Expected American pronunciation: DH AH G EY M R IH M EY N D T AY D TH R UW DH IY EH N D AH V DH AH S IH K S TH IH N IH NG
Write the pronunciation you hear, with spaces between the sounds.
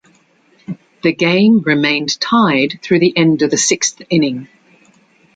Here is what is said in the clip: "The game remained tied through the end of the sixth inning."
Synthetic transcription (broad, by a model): DH AH G EY M R IH M EY N T AY D TH R UW DH IY EH N D AH V DH AH S IH K S TH IH N IH NG